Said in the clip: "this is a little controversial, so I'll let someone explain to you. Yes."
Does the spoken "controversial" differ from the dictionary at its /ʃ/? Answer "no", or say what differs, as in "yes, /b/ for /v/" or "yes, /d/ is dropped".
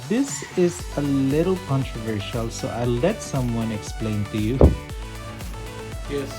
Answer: no